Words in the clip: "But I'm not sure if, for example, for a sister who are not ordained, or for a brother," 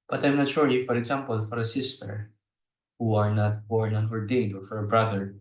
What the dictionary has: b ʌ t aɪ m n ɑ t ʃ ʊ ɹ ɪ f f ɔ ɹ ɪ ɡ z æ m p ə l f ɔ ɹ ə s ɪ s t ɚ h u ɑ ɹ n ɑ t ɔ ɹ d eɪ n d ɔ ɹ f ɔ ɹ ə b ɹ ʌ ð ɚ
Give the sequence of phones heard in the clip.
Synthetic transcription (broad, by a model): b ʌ t aɪ m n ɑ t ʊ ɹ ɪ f f ɔ ɹ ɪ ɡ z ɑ m p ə l f ɔ ɹ ə s ɪ s t ɚ h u ɑ ɹ n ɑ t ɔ ɹ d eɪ d ɔ ɹ f ɔ ɹ ə b ɹ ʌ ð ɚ